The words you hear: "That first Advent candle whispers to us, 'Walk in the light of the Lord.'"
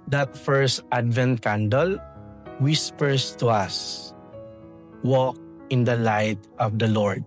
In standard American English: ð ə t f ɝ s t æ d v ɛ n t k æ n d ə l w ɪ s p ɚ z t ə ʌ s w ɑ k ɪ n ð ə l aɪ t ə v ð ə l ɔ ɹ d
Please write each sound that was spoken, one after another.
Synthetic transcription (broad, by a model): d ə t f ɝ s t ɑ d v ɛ n t k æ n d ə l w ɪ s p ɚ s t ə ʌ s w ɑ k ɪ n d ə l aɪ t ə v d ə l ɔ ɹ d